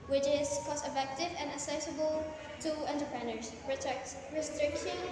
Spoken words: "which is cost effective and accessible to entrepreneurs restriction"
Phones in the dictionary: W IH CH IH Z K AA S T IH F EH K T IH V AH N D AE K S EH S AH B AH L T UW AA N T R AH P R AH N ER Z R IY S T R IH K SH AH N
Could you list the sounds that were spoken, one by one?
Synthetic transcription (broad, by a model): W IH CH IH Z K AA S IH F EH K T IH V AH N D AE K S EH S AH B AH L T UW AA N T AH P R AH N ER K R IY S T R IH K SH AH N